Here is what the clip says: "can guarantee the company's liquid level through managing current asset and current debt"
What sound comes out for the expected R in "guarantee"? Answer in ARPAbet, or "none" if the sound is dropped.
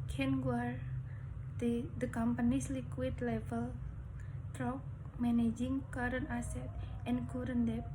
none